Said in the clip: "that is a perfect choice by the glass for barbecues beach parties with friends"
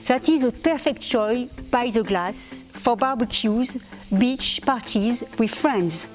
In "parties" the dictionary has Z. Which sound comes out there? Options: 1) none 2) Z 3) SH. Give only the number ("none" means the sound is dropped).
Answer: 2